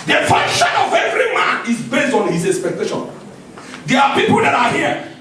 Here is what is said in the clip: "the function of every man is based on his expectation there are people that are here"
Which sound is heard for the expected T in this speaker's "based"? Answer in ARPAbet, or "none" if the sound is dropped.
T